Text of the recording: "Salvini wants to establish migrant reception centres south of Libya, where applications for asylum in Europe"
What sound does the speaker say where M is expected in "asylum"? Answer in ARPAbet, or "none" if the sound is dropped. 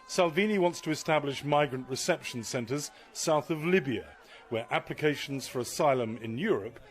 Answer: M